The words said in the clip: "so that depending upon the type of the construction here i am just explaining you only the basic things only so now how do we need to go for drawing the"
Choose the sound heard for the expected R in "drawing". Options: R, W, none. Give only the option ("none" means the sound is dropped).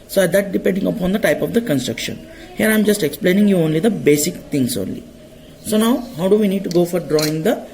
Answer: R